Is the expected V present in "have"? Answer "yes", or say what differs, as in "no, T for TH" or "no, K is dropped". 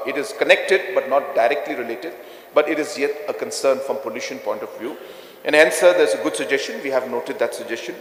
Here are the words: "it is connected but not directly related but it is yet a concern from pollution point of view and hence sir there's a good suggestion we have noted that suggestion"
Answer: yes